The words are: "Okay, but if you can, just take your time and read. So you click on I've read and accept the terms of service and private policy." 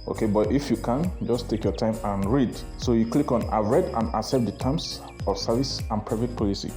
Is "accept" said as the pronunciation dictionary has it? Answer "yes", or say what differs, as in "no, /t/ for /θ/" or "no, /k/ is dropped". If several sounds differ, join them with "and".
no, /k/ is dropped